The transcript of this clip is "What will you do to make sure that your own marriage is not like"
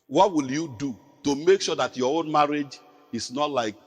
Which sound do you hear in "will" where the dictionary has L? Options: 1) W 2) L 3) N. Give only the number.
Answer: 2